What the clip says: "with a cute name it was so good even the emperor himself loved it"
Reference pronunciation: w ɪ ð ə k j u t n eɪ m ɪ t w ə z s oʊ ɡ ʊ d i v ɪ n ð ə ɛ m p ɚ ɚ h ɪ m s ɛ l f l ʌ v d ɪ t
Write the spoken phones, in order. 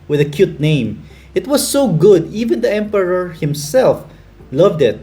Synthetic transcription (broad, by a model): w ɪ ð ə k j u t n eɪ m ɪ t w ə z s oʊ ɡ ʊ d i v ɪ n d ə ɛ m p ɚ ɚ h ɪ m s ɛ l f l ʌ v d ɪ t